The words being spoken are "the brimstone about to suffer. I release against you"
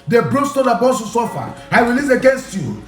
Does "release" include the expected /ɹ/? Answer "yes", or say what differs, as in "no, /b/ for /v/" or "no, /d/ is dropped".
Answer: no, /w/ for /ɹ/